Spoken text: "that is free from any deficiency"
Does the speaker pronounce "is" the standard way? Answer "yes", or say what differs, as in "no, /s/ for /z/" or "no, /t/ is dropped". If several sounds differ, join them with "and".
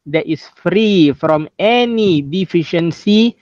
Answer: no, /s/ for /z/